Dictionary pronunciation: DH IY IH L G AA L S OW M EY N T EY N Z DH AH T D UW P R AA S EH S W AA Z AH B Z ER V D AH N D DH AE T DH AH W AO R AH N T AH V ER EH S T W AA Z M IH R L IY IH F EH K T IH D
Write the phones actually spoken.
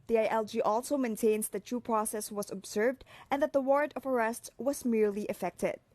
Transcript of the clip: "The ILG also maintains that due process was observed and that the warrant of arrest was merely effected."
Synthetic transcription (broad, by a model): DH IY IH L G AA L S OW M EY N T EY N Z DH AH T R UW P R AA S EH S W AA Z AH B Z ER V D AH N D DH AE T DH AH W AO R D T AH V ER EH S T W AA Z M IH R L IY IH F EH K T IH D